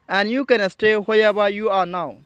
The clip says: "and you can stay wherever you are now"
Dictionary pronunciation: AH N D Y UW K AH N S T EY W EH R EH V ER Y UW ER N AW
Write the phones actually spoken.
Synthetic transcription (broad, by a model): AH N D Y UW K AH N S T EY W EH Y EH B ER Y UW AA N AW